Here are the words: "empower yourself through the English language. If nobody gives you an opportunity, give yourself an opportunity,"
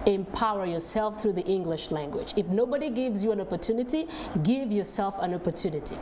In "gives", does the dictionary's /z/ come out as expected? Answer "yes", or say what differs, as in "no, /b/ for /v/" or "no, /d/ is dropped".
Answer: yes